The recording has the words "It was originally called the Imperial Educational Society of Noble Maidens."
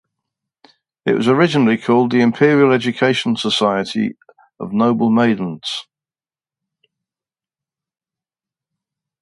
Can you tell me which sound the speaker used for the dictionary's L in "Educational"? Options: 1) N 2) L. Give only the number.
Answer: 1